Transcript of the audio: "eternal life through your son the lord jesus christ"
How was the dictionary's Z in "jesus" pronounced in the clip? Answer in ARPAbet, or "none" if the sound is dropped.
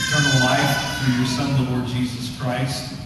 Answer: Z